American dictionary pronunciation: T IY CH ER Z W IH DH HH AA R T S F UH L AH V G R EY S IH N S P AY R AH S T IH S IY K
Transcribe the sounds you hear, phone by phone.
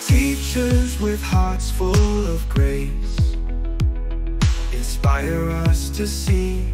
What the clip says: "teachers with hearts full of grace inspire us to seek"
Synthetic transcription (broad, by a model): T IY CH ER Z W IH DH HH AA R T S F UH L AH V G R EY S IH N S P AY R AH S T IH S IY